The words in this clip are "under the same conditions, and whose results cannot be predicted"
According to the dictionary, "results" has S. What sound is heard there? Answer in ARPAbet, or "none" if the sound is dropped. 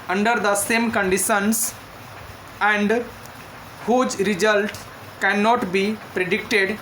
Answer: none